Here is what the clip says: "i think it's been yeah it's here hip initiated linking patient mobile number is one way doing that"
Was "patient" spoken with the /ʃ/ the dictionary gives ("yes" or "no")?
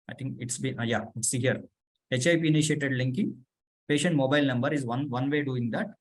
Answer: yes